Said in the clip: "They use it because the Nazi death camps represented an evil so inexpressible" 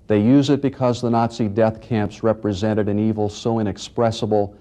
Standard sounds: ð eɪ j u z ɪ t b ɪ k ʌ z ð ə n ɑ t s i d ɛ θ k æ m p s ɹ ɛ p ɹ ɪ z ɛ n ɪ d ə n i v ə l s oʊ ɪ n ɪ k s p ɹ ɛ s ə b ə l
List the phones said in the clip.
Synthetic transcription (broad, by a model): ð eɪ j u z ɪ t b ɪ k ʌ z ð ə n ɑ t s i d ɛ θ k æ m p s ɹ ɛ p ɹ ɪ z ɛ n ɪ d ə n i v l s oʊ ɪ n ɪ k s p ɹ ɛ s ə b l